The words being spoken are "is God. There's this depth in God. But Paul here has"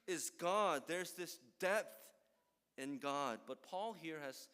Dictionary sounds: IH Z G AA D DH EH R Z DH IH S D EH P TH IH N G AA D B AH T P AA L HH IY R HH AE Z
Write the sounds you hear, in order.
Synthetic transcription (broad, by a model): IH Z G AA D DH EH R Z DH IH S D EH P TH IH N G AA D B AH T P AA L HH IY R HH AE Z